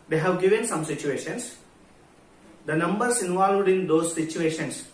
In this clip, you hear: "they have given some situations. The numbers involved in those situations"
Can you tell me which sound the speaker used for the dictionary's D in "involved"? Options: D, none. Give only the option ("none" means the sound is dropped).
D